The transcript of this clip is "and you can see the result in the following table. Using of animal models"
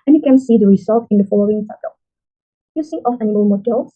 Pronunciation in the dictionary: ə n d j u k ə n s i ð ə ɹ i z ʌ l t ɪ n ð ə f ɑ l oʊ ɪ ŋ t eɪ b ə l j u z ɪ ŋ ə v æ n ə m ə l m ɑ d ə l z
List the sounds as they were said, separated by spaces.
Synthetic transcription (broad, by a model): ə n j u k ə n s i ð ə ɹ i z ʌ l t ɪ n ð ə f ɑ l oʊ ɪ ŋ s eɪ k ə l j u s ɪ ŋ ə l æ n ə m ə l m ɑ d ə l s